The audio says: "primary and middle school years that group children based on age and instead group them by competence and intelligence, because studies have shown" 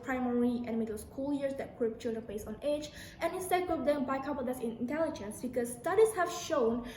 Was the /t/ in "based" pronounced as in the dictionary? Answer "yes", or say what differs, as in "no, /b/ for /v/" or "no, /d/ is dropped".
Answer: no, /t/ is dropped